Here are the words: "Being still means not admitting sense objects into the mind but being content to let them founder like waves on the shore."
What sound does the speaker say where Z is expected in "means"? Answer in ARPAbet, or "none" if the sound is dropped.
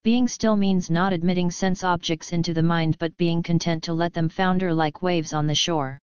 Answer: Z